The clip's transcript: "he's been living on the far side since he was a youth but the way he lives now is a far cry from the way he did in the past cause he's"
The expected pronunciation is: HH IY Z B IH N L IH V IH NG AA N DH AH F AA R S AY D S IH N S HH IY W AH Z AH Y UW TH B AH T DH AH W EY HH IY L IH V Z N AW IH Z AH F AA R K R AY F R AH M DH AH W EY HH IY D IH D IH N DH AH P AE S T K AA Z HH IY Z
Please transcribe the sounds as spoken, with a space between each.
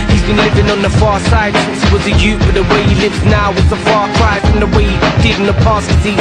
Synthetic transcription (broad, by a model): HH IY Z B IH N L IH V IH NG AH N DH AH F AA R S AY D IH S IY W AH Z AH Y UW T B AH T DH AH W EY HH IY L IH V Z N AW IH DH AH F AA R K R AY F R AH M DH AH W EY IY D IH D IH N DH AH P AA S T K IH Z IY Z